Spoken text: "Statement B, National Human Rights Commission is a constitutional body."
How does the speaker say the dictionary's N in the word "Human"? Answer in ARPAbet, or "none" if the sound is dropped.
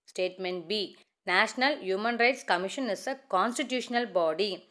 N